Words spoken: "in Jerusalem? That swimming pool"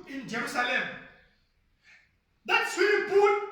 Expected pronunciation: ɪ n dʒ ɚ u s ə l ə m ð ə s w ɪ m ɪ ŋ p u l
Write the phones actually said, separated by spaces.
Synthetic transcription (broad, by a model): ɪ n dʒ ɚ u s ə l ə m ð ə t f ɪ ɪ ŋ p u